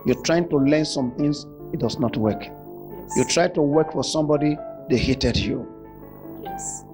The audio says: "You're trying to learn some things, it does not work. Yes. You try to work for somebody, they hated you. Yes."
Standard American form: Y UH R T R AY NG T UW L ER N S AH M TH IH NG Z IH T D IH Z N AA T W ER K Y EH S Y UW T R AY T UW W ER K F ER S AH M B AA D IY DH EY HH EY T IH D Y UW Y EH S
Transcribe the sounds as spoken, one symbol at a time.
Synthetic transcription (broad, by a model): Y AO T R AY NG T UW L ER N S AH M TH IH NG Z IH T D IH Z N AA T W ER K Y Y UW T R AY T UW W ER K F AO S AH M B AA D IY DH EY HH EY T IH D Y UW